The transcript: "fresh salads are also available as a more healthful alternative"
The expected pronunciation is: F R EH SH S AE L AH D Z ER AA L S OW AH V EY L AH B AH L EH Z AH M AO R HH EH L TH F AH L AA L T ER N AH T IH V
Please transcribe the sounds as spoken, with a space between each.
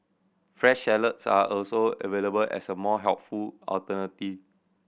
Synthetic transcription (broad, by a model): F R EH SH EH L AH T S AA AA L S OW AH V EY L AH B AH L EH S AH M AO HH EH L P F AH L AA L T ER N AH T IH